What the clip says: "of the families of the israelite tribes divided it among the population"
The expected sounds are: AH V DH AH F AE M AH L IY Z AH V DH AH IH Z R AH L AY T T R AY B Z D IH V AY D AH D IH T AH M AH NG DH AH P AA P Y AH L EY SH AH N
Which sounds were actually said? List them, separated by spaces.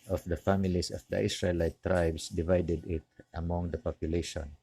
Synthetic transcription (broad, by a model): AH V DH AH F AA M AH L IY S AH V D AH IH S R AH L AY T T R AY B S D IH V AY D AH D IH T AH M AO NG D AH P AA P Y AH L EY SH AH N